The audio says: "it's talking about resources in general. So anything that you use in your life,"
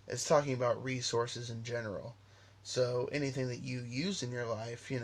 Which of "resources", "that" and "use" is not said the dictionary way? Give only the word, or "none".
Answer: none